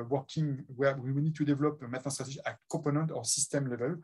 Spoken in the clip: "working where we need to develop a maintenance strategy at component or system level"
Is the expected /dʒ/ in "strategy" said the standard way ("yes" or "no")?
no